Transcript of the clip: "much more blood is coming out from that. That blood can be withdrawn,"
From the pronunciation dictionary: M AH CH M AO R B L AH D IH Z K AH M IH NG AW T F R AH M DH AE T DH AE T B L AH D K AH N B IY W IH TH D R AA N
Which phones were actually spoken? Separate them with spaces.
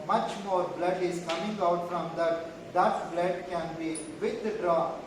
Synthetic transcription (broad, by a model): M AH CH M AO R B L AH D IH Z K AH M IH NG AW T F R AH M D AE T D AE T B L AH D K AH N B IY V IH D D R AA